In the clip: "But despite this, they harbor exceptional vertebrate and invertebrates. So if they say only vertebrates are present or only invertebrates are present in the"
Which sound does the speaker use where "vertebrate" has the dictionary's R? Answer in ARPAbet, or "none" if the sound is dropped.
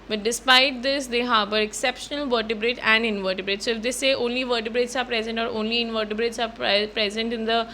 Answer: R